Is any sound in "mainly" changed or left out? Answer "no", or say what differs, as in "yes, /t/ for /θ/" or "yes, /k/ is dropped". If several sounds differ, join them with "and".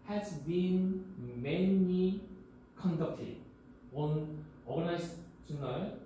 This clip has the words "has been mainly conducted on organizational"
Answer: yes, /l/ is dropped